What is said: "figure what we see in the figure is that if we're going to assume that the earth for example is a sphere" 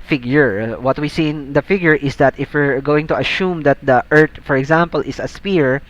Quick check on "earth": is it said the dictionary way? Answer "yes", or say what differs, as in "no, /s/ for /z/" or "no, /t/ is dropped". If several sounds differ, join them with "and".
no, /t/ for /θ/